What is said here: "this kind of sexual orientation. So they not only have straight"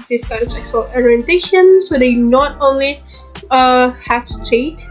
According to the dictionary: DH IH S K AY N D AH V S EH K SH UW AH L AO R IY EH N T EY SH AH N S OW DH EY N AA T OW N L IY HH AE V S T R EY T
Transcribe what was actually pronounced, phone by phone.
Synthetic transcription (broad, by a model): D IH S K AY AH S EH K S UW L AO R IY EH N T EY SH AH N S OW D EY N AA T OW N L IY HH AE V S T R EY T